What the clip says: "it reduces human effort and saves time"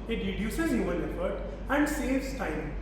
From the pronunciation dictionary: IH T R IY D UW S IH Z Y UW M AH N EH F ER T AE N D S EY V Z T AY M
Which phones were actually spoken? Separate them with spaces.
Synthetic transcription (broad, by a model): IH T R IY D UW S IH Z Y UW AH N EH F ER T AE N D S EY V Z T AY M